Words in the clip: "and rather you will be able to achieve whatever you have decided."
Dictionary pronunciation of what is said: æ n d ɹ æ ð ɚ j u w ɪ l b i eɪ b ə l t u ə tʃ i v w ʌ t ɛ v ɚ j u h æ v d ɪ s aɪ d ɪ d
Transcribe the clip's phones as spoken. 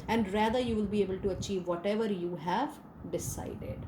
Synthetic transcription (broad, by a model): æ n d ɹ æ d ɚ j u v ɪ l b i eɪ b ə l t u ə tʃ i v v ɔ t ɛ v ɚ j u h æ v d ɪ s aɪ d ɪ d